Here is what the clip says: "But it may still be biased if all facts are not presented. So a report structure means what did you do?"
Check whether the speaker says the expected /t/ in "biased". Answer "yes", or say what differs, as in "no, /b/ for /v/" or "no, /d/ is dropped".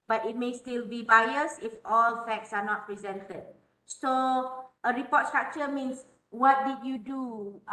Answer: no, /t/ is dropped